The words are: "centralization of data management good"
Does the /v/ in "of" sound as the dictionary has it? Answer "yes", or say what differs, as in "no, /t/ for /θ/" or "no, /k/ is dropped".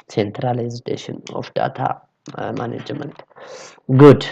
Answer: no, /f/ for /v/